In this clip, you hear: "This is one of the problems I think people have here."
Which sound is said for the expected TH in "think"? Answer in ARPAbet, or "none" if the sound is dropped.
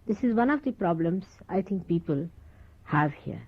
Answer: T